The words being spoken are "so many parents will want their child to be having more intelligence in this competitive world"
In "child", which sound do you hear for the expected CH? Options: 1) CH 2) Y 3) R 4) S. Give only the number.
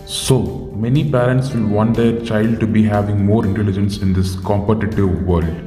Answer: 1